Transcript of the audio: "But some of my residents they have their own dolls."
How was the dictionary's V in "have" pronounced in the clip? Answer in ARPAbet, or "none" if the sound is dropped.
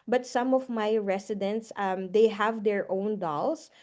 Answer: V